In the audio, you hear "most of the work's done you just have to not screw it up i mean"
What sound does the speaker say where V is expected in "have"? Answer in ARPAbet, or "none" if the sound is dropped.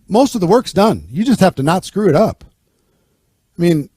F